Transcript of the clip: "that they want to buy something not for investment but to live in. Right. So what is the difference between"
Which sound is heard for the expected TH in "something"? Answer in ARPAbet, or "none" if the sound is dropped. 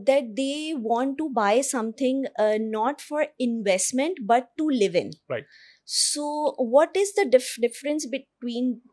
T